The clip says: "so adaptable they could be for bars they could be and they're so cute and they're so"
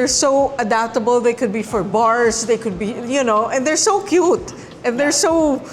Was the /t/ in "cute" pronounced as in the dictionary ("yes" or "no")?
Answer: yes